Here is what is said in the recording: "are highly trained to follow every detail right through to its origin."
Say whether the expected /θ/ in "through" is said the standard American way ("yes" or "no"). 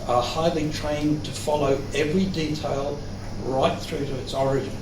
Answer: yes